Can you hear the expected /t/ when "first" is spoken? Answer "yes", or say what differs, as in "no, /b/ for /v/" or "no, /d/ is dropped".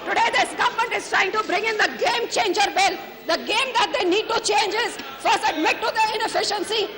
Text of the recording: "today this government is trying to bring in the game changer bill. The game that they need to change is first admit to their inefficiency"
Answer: no, /t/ is dropped